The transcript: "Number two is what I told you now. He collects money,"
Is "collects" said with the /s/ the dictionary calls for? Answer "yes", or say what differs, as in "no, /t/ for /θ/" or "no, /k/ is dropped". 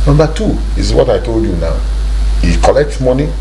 no, /s/ is dropped